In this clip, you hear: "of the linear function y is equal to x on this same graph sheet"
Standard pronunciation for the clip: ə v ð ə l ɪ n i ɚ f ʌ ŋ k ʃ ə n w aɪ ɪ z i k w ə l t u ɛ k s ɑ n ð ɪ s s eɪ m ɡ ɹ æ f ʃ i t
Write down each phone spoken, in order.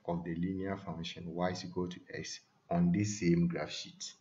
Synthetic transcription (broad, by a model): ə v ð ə l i n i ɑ f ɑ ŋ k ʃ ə n w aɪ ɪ s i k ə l t u ɛ k s ɑ n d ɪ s s eɪ m ɡ ɹ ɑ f ʃ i t